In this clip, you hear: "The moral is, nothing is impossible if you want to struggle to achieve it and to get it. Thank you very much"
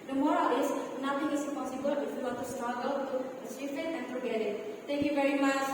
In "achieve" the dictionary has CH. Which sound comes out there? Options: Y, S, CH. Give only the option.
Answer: S